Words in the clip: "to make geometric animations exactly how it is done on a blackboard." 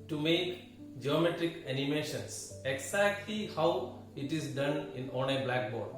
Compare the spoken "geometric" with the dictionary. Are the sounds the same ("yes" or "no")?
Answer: yes